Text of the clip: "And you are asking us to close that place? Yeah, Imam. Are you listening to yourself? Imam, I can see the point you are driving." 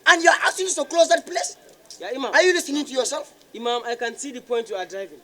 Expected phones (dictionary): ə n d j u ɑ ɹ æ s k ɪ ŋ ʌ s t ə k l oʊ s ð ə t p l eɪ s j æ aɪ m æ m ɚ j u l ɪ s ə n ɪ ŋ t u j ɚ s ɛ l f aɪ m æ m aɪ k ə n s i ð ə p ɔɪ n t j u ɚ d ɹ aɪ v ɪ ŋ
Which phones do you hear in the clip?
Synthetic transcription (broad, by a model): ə n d j u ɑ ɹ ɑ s ɪ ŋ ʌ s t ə k l oʊ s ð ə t p l eɪ s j aɪ m æ m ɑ j u l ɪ s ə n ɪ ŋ t u j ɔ s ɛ l f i m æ m aɪ k ə n s i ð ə p ɔɪ n t j u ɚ d ɹ aɪ v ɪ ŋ